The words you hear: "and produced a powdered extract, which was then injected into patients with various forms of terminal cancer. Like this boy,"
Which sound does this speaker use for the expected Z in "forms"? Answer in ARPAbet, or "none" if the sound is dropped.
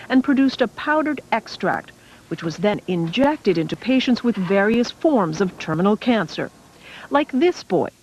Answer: Z